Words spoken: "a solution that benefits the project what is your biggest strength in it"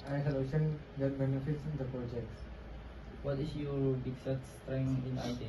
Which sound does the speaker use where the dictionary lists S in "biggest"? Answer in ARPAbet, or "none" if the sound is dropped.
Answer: none